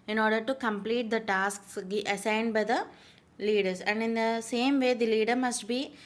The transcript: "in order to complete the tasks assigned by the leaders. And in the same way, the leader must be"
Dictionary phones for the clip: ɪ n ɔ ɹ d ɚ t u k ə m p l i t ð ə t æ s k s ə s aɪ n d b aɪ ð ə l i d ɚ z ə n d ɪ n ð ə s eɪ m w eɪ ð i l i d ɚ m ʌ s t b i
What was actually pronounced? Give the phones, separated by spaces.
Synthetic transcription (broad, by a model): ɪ n ɔ ɹ d ɚ t u k ə m p l i t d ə t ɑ s k s ə s aɪ n d b aɪ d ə l i d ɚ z ə n d ɪ n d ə s eɪ m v eɪ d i l i d ɚ m ʌ s t b i